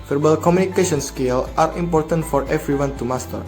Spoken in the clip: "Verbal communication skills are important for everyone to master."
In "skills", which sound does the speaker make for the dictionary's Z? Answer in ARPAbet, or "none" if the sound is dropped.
none